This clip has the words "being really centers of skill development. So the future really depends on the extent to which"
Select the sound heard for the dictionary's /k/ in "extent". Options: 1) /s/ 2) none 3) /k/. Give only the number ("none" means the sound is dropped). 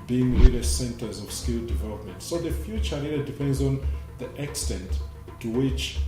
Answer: 3